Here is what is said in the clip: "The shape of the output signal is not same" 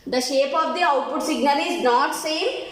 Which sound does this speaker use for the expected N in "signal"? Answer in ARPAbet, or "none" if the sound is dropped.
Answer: none